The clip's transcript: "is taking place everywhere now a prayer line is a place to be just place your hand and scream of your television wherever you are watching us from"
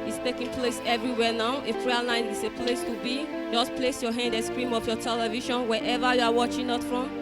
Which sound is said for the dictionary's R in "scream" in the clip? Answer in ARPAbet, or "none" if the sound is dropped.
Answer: R